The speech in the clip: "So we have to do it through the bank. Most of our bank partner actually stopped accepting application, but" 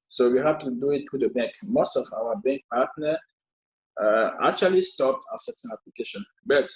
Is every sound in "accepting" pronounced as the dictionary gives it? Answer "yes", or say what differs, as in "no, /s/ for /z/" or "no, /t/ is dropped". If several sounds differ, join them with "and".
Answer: no, /k/ is dropped and /p/ is dropped